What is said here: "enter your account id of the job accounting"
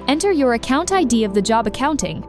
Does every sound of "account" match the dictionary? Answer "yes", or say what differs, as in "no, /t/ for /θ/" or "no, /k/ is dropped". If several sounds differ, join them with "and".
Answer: yes